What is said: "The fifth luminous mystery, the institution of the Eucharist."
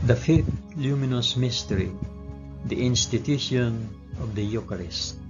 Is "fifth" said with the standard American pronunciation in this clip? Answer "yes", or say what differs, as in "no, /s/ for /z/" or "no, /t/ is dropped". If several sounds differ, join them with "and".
yes